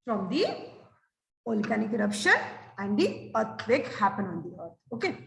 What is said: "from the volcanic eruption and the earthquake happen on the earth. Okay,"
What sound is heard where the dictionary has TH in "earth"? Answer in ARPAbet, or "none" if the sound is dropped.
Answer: T